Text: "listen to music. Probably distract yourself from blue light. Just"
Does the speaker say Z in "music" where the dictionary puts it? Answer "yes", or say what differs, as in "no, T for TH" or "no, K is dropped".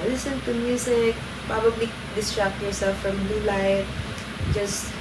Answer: no, S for Z